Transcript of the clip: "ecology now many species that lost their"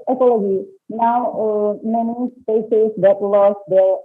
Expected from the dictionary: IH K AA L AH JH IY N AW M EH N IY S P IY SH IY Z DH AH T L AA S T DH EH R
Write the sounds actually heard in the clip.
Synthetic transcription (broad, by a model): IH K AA L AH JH IY N AW M EH N IY S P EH S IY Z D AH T L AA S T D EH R